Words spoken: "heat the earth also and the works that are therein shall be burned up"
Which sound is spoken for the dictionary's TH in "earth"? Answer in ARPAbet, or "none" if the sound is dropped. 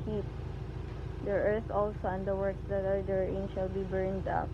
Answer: S